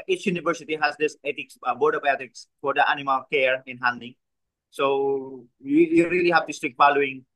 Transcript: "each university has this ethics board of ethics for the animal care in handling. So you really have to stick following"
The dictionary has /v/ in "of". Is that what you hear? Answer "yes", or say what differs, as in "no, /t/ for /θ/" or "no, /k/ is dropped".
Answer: no, /b/ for /v/